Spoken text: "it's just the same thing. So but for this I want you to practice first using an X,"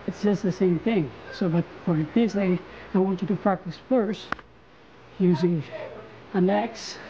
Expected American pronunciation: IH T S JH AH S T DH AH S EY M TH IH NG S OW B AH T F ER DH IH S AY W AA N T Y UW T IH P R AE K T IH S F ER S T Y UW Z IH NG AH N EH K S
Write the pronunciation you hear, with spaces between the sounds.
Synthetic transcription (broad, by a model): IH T S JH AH S T DH AH S EY M TH IH NG S OW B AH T F ER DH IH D AY W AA N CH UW T IH P R AE K T IH S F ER S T Y UW Z IH NG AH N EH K S